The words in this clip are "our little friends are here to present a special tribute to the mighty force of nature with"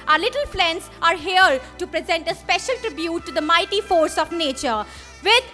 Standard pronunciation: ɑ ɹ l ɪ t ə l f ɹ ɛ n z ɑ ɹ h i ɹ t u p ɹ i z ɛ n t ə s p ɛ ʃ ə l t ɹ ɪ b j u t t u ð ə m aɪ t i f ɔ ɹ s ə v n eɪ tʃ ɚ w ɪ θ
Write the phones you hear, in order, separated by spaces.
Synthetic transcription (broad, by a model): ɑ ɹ l ɪ t ə l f l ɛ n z ɑ ɹ h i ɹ t u p ɹ i z ɛ n t ə s p ɛ ʃ ə l t ɹ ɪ b j u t t u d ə m aɪ t i f ɔ ɹ s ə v n eɪ tʃ ɚ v ɪ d